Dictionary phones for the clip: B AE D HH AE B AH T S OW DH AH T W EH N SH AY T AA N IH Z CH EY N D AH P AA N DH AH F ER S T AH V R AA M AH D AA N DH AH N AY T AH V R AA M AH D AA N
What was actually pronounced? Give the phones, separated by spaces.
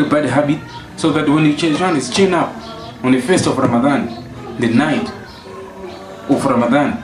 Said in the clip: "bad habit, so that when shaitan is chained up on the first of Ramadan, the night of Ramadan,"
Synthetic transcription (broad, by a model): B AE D HH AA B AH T S OW DH AH T W EH N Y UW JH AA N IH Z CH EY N AA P AA N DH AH F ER S T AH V R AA M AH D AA N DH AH N AY T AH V R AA M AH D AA N